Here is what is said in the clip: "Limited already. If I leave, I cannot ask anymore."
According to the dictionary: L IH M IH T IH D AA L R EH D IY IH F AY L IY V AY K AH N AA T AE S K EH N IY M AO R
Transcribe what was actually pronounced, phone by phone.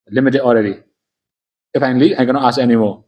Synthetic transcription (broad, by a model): L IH M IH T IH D AA L R EH D IY IH F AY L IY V AY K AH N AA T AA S EH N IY M AO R